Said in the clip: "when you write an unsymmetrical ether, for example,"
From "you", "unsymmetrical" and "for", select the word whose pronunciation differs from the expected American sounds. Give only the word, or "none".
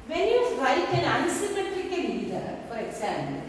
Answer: unsymmetrical